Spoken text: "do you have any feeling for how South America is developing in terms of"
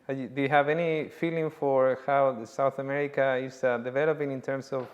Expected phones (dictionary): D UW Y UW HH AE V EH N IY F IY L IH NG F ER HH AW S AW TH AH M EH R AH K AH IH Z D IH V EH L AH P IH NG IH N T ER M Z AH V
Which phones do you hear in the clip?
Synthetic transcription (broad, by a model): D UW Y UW HH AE V EH N IY F IY L IH NG F ER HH AW S AW TH AH M EH R AH K AH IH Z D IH V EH L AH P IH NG IH N T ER M S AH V